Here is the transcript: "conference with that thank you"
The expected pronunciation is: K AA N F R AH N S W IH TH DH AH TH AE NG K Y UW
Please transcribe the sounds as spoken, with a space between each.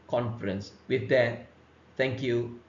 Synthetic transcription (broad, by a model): K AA N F R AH N S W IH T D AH T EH NG K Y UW